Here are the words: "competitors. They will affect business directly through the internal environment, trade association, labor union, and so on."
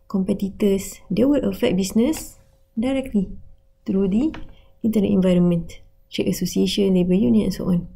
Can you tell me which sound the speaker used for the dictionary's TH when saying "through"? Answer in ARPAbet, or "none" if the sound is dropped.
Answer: T